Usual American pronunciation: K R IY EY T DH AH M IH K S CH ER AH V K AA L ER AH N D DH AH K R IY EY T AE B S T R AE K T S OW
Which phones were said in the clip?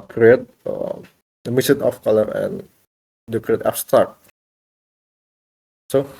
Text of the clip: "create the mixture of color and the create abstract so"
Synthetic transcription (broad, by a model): K R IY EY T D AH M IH S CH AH F K AA L ER AH N D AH K R IY EY T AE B S T R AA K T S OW